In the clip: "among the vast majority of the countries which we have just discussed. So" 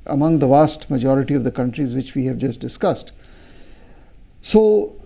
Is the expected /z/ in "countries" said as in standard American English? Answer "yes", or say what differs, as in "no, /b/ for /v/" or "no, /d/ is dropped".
yes